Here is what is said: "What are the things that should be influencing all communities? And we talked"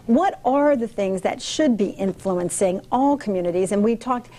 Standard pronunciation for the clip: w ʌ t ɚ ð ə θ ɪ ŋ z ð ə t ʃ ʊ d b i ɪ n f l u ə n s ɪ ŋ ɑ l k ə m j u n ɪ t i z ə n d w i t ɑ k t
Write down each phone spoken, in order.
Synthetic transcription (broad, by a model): w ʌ t ɚ ð ə θ ɪ ŋ z ð ə t ʃ ʊ d b i ɪ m f l u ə n s ɪ ŋ ɑ l k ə m j u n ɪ t i z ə n w i t ɑ k t